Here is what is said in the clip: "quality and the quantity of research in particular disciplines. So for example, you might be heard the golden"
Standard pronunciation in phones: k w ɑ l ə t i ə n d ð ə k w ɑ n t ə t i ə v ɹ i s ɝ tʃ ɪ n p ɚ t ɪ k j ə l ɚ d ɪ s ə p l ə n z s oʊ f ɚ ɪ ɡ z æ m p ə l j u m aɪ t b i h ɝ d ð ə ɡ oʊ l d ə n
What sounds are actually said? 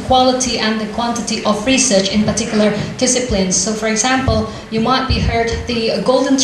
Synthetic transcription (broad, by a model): k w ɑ l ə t i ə n ð ə k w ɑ n t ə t i ə v ɹ i s ɝ tʃ ɪ n p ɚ t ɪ k j l ɚ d ɪ s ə p l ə n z s oʊ f ɚ ɪ ɡ z æ m p ə l j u m aɪ t b i h ɝ d ð ə ɡ oʊ l d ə n